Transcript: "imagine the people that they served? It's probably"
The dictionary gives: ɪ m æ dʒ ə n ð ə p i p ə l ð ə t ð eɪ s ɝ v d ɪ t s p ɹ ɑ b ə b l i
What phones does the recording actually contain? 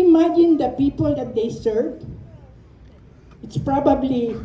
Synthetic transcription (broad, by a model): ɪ m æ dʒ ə n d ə p i p ə l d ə t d eɪ s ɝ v ɪ t s p ɹ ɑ b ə b l i